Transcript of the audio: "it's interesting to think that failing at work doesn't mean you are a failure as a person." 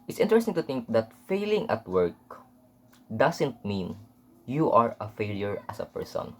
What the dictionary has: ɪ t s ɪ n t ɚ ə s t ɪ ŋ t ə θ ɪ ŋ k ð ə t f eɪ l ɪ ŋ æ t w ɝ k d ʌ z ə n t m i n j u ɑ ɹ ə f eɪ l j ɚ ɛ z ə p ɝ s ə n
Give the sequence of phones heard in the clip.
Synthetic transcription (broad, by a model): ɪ t s ɪ n t ɚ ə s t ɪ ŋ t ə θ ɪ ŋ k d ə t f eɪ l ɪ ŋ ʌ t w ɝ k d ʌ s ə n t m i n j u ɑ ɹ ə f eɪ l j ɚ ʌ s ə p ɝ s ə n